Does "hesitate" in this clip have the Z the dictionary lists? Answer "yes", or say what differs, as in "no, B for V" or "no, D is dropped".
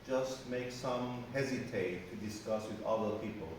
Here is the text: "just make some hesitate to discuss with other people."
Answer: yes